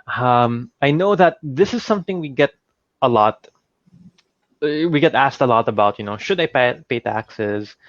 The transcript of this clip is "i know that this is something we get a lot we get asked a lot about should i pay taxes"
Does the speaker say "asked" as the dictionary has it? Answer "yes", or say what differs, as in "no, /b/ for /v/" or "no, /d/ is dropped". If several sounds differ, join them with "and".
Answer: yes